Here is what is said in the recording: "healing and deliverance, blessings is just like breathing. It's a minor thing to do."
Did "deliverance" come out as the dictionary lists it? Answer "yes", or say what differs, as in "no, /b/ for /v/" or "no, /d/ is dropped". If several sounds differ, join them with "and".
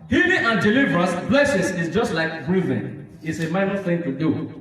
no, /n/ is dropped